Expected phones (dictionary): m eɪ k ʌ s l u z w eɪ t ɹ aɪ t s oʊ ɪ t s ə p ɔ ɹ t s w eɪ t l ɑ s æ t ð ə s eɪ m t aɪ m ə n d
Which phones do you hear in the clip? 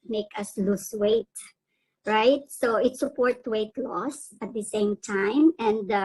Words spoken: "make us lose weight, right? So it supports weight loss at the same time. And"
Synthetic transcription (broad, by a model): m eɪ k ʌ s l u s w eɪ t ɹ aɪ t s oʊ ɪ t s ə p ɔ ɹ t w eɪ t l ɑ s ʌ t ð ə s eɪ m t aɪ m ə n d